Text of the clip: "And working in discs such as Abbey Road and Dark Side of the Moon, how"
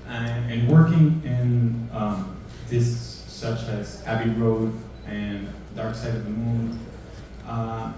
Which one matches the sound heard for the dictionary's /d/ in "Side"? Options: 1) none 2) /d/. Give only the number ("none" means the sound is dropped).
2